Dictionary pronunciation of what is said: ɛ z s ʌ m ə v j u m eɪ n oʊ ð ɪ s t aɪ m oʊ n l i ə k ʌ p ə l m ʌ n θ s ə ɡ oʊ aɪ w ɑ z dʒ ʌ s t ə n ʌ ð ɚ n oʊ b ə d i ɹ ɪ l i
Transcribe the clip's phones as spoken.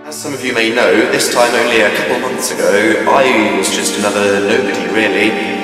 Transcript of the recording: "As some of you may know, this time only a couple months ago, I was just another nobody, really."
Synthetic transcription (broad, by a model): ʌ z s ʌ m ə v j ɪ m eɪ n oʊ ð ɪ s t aɪ m oʊ n l i ə k ʌ p l m ʌ n θ s ə ɡ oʊ aɪ w ɑ z dʒ ʌ s t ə n ʌ ð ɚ n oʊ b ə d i ɹ ɪ l i